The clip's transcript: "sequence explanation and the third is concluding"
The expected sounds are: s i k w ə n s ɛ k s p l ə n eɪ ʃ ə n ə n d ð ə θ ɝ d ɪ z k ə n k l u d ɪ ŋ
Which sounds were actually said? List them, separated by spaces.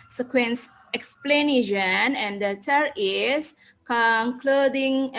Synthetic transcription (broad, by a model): s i k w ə n s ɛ k s p l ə n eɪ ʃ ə n ə n d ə t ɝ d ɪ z k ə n k l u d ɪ ŋ